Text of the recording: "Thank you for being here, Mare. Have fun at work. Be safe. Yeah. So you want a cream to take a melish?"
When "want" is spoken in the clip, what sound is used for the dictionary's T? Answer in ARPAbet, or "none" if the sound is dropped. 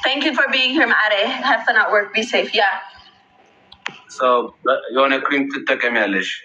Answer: none